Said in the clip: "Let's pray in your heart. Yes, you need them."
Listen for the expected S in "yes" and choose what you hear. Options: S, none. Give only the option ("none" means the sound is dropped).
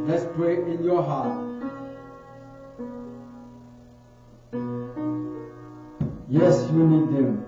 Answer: S